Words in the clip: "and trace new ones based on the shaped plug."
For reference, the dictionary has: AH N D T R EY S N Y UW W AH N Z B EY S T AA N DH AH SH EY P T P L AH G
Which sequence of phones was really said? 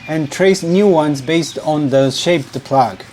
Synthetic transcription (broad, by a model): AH N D T R EY S N Y UW W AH N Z B EY S T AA N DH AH SH EY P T P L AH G